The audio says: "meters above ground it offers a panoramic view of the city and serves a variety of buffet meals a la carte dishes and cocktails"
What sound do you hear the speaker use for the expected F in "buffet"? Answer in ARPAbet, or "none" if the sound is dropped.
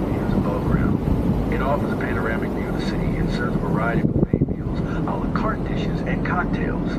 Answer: none